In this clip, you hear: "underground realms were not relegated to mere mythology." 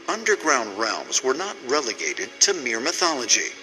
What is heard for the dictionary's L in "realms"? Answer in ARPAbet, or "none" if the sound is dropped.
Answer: L